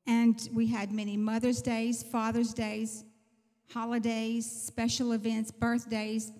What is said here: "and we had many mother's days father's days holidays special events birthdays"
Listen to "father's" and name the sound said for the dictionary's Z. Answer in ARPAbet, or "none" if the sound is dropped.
Z